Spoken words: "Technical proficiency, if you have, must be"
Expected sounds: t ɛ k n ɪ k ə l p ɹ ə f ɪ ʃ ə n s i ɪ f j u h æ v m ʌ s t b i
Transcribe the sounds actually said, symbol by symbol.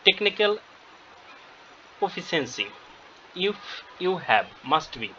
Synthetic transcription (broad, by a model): t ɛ k n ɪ k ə l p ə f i s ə n s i ɪ f j u h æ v m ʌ s t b i